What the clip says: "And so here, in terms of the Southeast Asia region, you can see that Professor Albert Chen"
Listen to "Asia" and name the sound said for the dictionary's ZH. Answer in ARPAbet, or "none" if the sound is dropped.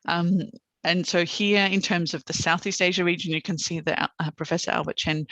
ZH